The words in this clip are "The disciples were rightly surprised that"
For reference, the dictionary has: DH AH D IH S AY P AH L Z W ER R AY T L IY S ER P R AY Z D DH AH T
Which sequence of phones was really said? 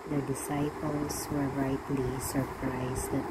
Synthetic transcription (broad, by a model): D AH D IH S AY P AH L S W ER R AY T L IY S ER P R AY S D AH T